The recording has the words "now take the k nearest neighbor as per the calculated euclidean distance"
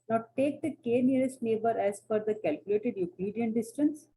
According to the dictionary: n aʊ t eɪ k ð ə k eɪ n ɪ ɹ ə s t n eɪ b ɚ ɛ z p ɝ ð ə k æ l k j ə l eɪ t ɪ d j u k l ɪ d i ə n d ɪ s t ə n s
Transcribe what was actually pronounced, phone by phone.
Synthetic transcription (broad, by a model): n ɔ t eɪ k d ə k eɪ n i ɹ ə s t n eɪ b ɚ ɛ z f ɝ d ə k æ l k j ə l eɪ t ɪ d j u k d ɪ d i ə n d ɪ s t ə n s